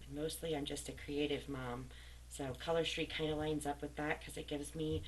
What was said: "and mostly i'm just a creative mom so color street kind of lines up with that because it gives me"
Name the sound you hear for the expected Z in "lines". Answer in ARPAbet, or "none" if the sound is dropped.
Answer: Z